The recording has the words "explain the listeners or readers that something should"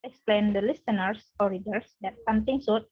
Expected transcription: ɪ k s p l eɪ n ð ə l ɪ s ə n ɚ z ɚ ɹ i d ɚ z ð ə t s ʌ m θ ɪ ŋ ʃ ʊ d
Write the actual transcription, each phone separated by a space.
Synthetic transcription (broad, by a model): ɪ k s p l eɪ n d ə l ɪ s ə n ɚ s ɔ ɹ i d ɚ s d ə t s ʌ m t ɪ ŋ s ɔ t